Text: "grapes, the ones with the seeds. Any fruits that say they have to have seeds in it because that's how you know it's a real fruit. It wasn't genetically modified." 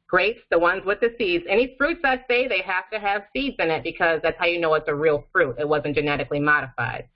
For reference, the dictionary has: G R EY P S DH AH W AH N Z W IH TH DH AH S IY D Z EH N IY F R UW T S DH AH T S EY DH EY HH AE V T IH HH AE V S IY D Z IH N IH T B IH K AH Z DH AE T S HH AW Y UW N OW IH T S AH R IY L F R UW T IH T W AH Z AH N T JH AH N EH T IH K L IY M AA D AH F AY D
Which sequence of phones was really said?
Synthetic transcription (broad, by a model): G R EY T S DH AH W AH N Z W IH DH AH S IY D Z EH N IY F R UW T S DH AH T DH EY DH EY HH AE F T IH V S IY D Z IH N IH T B IH K AH Z DH AE T S HH AW Y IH N OW IH T S AH R IY L F R UW T IH T W AH Z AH N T JH AH N EH T IH K L IY M AA D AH F AY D